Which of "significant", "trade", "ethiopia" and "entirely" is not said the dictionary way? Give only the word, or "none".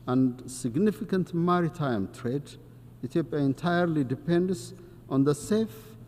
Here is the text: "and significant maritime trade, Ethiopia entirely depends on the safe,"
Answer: ethiopia